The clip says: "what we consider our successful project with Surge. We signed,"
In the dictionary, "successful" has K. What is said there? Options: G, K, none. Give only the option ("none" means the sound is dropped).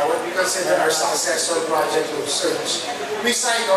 none